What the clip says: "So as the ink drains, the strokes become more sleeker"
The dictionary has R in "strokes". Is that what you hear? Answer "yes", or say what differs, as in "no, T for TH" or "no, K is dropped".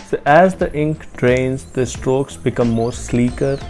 yes